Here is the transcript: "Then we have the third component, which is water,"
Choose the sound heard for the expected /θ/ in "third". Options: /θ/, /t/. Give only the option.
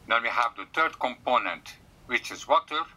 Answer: /t/